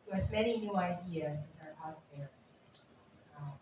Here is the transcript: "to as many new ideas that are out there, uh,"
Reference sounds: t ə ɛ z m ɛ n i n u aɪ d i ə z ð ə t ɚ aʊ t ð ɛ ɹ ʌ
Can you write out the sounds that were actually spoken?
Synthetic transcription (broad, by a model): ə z m ɛ n i n u aɪ d i ə z ð ə t ɚ aʊ t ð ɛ ɹ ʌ